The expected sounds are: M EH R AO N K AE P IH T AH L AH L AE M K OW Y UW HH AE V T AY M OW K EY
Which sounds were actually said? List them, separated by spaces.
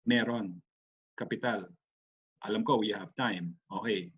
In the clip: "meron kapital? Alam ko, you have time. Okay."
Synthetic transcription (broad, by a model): M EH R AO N K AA P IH T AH L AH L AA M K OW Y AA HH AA P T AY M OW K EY